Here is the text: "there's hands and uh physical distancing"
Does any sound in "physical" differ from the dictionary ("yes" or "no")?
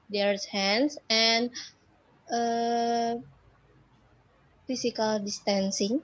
yes